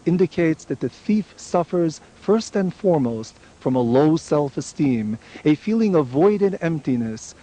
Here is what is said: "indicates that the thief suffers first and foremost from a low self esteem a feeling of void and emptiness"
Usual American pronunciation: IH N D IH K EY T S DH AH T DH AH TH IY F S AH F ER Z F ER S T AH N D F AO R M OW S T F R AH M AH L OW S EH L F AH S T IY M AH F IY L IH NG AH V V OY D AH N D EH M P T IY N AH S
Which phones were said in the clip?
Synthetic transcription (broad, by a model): IH N D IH K EY T S DH AH T DH AH TH IY F S AH F ER Z F ER S T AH N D F AO R M OW S T F R AH M AH L OW S EH L F AH S T IY M AH F IY L IH NG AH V V OY D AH D EH M P T IY N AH S